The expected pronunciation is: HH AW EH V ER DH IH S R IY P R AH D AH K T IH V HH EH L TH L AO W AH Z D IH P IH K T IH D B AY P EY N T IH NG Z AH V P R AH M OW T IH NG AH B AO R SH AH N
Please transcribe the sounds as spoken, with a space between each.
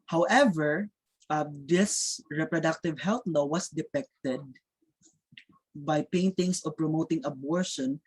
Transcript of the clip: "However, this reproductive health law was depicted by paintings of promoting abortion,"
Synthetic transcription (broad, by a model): HH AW EH V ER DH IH S R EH P R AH D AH K T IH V HH EH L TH L AO W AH S D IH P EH K T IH D B AY P EY N T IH NG S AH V P R AH M OW T IH NG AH B AO R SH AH N